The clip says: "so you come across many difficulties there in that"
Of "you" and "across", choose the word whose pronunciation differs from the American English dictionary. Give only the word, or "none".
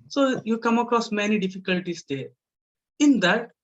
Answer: none